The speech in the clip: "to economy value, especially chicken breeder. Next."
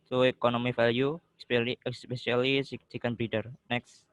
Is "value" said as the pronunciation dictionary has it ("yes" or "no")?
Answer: no